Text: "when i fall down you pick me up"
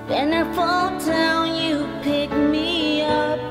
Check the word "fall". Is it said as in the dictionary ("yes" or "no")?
yes